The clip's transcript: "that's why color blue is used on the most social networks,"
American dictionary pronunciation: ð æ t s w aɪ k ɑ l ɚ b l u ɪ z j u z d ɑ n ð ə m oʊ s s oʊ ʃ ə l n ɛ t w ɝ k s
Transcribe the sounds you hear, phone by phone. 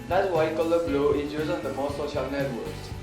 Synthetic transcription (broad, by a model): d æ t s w aɪ k ɑ l ɚ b l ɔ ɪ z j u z ɑ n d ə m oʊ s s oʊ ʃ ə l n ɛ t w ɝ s